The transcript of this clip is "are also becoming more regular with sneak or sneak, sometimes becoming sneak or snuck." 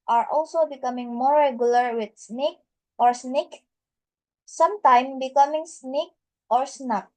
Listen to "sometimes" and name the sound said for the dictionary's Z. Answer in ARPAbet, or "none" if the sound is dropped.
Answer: none